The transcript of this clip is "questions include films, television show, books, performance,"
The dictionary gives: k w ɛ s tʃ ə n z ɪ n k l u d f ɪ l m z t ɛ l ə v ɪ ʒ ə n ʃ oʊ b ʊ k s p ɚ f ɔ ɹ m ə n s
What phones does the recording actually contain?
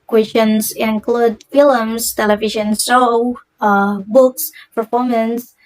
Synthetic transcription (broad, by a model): k w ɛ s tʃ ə n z ɪ n k l u d f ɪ l m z t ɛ l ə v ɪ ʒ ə n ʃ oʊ b ʊ k s p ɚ f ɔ ɹ m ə n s